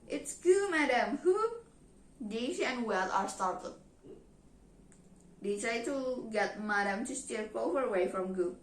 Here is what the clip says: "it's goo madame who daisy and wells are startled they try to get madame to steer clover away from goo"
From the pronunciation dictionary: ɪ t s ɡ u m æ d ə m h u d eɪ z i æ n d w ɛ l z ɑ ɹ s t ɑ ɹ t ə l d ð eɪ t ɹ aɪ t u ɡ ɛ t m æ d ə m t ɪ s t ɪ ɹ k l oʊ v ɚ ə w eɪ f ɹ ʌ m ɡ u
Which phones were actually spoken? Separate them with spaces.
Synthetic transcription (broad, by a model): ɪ t s ɡ u m æ d ə m h u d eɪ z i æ n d w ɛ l ɑ ɹ s t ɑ ɹ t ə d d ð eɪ t ɹ aɪ t u ɡ ɛ t m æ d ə m t ɪ s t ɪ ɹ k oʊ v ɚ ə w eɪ f ɹ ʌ m ɡ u